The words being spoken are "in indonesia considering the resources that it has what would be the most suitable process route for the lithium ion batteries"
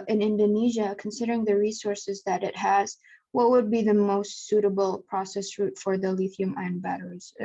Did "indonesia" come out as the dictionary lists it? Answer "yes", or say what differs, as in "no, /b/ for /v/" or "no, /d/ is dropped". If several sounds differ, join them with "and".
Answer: yes